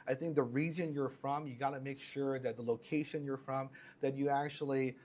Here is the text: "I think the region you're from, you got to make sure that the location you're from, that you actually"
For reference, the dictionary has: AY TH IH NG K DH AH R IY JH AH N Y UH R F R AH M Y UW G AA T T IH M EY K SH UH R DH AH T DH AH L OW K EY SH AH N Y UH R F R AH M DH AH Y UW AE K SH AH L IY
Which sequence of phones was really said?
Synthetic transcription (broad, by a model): AY TH IH NG K DH AH R IY Z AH N Y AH R F R AH M Y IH G AA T T IH M EY K SH UH R DH AH T DH AH L OW K EY SH AH N Y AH R F R AH M DH AH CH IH AE K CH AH L IY